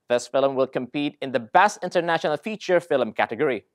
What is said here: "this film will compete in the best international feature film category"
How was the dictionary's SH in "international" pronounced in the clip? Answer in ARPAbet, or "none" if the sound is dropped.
SH